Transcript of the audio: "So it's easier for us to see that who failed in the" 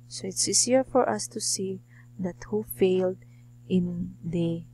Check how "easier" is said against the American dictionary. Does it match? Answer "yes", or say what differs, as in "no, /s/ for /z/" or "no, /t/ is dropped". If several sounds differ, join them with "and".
no, /s/ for /z/